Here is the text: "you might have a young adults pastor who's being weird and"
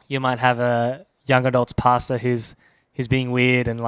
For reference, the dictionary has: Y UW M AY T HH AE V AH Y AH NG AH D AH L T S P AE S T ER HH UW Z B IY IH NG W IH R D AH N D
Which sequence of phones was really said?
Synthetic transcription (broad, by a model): Y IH M AY T HH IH V AH Y AH NG AH D AH L T S P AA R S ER HH UW Z B IY IH NG W IH R D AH N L